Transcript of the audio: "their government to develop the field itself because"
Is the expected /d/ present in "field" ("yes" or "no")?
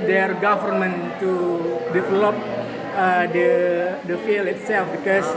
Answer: no